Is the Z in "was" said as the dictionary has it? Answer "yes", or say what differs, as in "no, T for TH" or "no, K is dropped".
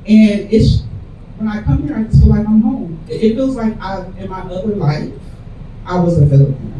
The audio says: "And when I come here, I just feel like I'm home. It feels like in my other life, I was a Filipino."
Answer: yes